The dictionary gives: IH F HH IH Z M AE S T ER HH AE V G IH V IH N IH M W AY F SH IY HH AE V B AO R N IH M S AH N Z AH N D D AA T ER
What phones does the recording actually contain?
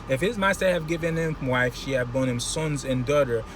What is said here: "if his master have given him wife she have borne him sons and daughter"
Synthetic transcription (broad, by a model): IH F HH IH Z M AE S T ER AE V G IH V IH N IH M W AY F SH IY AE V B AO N IH M S AH N Z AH N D D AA T ER